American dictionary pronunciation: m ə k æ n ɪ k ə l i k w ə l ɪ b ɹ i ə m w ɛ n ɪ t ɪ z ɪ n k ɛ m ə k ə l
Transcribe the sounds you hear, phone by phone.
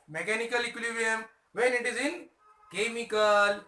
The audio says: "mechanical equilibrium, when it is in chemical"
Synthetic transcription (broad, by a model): m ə k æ n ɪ k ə l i k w l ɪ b i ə m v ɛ n ɪ t ɪ z ɪ n k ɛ m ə k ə l